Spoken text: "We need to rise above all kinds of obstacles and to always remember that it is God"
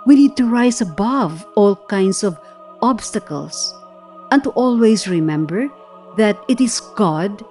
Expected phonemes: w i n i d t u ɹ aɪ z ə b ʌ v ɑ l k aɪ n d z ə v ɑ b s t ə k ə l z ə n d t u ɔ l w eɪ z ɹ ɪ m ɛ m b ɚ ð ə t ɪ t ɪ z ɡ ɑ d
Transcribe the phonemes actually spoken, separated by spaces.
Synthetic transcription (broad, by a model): w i n i d t u ɹ aɪ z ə b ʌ v ɑ l k aɪ n d s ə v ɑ b s t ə k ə l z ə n t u ɔ l w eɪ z ɹ ɪ m ɛ m b ɚ ð ə t ɪ t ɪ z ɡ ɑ d